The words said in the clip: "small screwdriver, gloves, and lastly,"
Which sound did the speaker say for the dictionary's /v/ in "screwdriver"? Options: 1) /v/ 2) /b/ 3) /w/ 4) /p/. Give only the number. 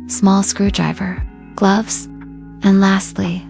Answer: 1